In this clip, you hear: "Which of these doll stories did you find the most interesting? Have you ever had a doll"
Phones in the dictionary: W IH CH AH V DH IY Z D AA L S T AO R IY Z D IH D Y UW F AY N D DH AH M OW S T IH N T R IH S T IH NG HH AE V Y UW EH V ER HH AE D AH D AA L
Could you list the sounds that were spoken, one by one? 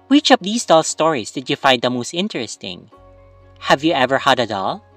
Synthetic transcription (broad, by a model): W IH CH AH P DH IY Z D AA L S T AO R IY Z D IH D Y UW F AY N D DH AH M OW S T IH N T R IH S T IH NG HH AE V Y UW EH V ER HH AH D AH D AA L